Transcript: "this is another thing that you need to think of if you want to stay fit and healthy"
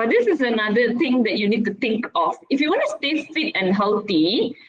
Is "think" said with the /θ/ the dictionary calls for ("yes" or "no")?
no